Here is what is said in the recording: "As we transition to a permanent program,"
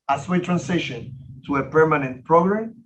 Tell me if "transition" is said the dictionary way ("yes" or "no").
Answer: no